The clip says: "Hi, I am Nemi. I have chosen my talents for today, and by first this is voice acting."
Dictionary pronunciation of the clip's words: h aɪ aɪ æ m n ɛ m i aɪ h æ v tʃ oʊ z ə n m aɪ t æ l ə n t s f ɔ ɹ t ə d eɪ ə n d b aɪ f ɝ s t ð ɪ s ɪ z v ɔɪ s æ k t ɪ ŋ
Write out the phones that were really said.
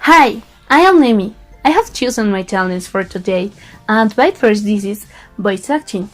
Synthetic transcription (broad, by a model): h aɪ aɪ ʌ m n ɛ m i aɪ h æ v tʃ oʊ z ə n m aɪ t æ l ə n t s f ɔ ɹ t ə d eɪ ə n d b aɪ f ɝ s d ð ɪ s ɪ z b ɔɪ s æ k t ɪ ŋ